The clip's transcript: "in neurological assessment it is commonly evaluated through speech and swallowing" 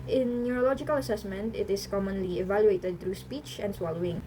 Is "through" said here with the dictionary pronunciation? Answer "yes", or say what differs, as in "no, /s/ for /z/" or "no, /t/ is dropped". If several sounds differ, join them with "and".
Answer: no, /t/ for /θ/